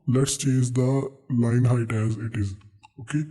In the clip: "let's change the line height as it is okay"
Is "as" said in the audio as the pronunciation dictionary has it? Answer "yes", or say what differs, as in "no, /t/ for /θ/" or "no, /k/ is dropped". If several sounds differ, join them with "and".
yes